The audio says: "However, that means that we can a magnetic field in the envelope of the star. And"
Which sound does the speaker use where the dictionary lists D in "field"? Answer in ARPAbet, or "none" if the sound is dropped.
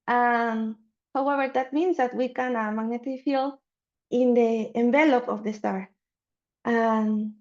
none